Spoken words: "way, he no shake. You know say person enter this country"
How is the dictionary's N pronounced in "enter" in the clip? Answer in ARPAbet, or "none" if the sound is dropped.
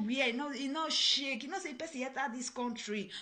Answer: none